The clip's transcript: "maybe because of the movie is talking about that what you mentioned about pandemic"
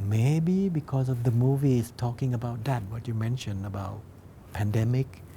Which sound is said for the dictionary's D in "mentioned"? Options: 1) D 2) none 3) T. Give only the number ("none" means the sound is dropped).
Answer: 2